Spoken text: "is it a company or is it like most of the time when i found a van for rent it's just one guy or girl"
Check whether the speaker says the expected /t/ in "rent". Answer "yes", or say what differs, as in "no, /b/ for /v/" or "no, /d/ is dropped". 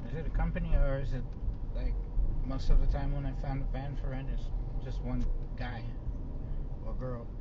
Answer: no, /t/ is dropped